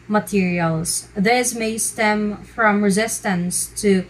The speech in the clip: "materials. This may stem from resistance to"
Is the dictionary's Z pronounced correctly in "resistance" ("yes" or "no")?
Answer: yes